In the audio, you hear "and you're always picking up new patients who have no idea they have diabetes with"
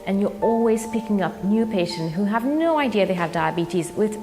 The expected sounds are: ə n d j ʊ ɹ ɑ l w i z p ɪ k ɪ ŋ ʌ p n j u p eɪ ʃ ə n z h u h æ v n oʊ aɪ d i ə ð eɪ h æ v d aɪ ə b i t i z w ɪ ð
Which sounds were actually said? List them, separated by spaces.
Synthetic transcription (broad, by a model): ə n j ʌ ɹ ɑ l w i z p ɪ k ɪ ŋ ʌ p n j u p eɪ ʃ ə n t h u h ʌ v n oʊ aɪ d i ə ð eɪ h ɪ v d aɪ ə b i t i z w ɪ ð